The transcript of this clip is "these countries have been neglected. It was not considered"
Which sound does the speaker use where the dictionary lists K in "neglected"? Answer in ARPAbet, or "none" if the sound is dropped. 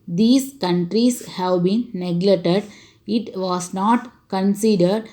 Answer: none